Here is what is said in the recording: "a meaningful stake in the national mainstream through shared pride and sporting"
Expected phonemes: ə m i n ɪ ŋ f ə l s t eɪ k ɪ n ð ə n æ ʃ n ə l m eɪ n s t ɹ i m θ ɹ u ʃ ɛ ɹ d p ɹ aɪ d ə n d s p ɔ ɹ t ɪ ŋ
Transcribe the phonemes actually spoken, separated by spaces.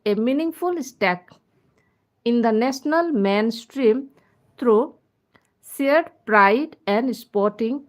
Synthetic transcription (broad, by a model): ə m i n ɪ ŋ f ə l s t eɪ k ɪ n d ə n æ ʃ n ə l m eɪ n s t ɹ i m t ɹ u s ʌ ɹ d p ɹ aɪ d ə n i s p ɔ ɹ t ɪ ŋ